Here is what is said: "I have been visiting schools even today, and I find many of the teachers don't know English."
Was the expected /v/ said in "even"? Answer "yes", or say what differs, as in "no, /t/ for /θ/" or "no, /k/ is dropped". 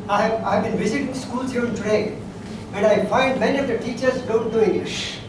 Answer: no, /v/ is dropped